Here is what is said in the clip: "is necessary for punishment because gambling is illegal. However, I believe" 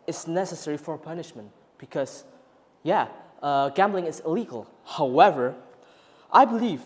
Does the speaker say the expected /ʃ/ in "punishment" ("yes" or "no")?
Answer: yes